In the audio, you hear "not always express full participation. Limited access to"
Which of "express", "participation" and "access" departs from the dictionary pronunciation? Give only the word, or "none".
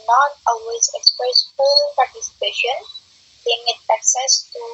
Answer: none